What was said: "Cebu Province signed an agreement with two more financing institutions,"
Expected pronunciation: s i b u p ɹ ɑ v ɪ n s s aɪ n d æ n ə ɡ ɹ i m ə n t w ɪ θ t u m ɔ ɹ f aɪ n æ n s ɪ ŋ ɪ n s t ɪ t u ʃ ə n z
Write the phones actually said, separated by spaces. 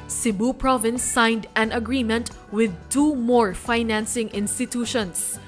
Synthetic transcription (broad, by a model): s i b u p ɹ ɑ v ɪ n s s aɪ n d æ n ə ɡ ɹ i m ə n t w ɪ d t u m ɔ ɹ f aɪ n æ n s ɪ ŋ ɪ n s t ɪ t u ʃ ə n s